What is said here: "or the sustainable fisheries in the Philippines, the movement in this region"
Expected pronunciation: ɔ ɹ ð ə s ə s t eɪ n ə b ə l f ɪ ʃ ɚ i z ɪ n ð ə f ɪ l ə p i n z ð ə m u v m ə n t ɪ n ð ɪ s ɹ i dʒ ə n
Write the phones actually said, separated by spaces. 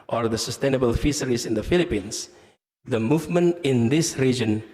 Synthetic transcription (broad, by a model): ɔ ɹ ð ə s ə s t eɪ n ə b ə l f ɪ s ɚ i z ɪ n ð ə f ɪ l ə p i n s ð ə m u v m ə n t ɪ n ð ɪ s ɹ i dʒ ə n